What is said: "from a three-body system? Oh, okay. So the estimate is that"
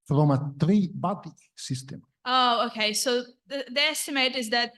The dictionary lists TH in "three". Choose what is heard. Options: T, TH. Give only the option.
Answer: T